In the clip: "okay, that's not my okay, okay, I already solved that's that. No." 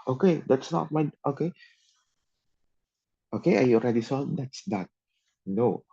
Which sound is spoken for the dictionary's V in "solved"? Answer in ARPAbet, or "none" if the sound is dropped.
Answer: none